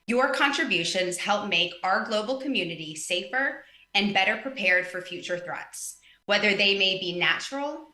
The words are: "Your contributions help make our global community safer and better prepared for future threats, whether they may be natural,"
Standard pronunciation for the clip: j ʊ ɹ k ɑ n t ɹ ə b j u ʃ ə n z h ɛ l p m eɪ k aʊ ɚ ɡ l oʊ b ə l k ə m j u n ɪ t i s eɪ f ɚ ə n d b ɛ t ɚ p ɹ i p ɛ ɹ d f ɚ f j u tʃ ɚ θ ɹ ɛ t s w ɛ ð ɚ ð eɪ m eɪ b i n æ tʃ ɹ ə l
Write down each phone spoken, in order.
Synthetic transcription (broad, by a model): j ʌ ɹ k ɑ n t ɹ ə b j u ʃ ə n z h ɛ l p m eɪ k aʊ ɚ ɡ l oʊ b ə l k ə m j u n ɪ t i s eɪ f ɚ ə n b ɛ t ɚ p ɹ i p ɛ ɹ d f ɚ f j u tʃ ɚ θ ɹ ɛ t s w ɛ ð ɚ ð eɪ m eɪ b i n æ tʃ ɹ l